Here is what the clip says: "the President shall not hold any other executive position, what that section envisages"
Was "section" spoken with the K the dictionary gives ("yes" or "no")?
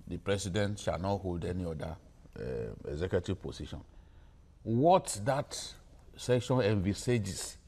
yes